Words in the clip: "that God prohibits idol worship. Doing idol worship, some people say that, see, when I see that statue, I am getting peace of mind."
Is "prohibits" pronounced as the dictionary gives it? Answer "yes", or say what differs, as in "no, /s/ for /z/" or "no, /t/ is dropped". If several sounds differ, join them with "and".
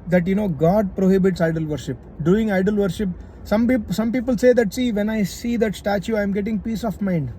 yes